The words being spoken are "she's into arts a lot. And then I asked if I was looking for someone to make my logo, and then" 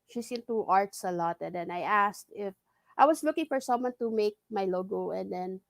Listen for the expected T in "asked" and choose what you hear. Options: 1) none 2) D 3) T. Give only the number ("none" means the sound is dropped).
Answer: 3